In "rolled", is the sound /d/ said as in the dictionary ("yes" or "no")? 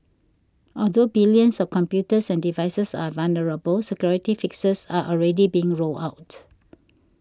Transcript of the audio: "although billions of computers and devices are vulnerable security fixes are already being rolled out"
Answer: no